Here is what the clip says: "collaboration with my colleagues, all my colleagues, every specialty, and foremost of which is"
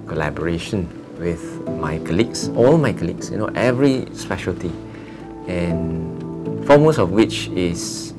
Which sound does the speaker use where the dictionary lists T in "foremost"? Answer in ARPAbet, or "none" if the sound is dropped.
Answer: none